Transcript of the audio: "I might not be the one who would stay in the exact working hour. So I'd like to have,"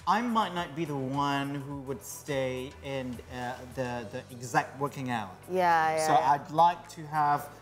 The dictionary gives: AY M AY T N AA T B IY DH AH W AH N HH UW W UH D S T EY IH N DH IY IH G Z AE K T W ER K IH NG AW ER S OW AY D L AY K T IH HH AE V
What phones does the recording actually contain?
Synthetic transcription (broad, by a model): AY M AY T N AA T B IY DH AH W AH N HH UW W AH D S T EY IH N DH IY IH G Z AE K T W ER K IH NG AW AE S OW AY D L AY K T IH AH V